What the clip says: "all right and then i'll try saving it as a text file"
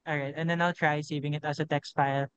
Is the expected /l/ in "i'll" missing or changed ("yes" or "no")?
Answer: no